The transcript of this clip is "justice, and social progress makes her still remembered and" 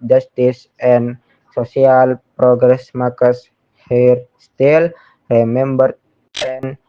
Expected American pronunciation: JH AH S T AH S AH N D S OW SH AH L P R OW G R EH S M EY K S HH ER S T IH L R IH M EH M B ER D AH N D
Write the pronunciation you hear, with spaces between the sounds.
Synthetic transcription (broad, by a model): JH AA S T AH S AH N S OW S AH L P R OW G R EH S M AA K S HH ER S T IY L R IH M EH M B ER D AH N